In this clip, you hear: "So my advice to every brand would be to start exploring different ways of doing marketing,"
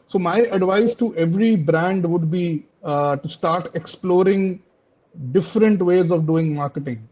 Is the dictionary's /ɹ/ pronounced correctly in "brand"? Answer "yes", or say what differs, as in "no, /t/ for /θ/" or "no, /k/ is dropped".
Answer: yes